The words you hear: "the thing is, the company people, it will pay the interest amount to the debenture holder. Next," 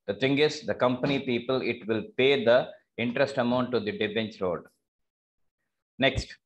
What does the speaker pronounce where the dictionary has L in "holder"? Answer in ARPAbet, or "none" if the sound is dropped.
none